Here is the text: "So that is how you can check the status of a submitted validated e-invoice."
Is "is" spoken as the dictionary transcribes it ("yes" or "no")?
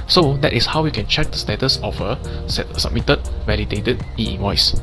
no